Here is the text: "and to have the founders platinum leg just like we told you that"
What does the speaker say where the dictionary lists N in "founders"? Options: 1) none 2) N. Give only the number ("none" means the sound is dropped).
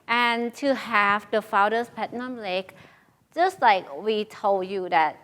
1